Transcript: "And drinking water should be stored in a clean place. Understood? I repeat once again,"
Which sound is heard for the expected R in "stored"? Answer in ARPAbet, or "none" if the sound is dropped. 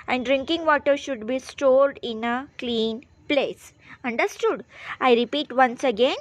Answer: R